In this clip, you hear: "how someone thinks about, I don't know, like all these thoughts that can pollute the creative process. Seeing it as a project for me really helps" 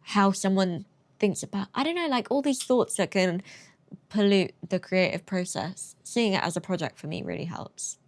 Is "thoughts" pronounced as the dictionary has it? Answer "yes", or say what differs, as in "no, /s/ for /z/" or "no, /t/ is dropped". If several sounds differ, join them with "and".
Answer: yes